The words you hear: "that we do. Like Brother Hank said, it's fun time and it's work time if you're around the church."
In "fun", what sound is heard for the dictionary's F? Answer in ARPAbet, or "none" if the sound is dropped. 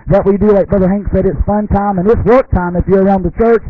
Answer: F